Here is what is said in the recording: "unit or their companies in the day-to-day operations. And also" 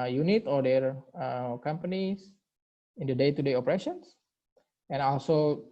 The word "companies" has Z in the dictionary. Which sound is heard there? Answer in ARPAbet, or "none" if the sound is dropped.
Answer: S